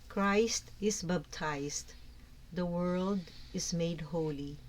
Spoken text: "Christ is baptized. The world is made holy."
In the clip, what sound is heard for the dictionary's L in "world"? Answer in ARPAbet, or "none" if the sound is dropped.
L